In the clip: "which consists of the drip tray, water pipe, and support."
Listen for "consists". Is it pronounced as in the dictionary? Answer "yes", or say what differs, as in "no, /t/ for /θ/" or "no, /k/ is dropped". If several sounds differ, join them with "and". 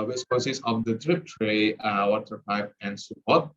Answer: no, /n/ is dropped